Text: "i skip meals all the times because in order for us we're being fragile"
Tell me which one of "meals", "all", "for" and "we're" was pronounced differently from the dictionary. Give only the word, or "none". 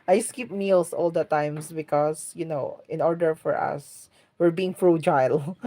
meals